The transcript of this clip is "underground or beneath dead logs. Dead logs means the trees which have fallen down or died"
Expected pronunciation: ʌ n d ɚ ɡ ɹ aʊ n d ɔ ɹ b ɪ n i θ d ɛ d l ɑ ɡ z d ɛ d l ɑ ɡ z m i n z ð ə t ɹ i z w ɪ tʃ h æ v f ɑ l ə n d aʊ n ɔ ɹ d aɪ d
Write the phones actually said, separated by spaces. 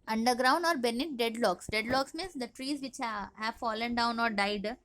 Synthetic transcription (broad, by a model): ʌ n d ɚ ɡ ɹ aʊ n d ɔ ɹ b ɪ n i t d ɛ d l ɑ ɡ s d ɛ d l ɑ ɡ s m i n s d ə t ɹ i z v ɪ tʃ h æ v f ɑ l ə n d aʊ n ɔ ɹ d aɪ d